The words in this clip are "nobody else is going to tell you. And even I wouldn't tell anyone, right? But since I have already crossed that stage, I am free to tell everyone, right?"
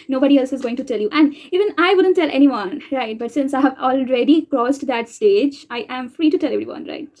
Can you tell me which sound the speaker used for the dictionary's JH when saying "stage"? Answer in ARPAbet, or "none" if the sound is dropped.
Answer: JH